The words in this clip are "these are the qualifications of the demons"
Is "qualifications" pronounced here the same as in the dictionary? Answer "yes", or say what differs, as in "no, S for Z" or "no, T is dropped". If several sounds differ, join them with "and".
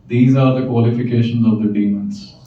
yes